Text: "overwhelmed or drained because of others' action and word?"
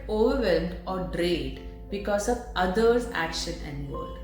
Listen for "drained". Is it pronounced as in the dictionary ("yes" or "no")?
no